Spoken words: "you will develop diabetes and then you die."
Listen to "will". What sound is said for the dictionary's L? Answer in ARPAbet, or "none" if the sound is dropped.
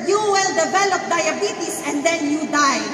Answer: L